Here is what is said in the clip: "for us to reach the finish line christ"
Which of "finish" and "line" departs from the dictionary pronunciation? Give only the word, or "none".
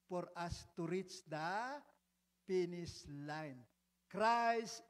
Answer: finish